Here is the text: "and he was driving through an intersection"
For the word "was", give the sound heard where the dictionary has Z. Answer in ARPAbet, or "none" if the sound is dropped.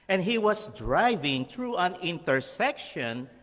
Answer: S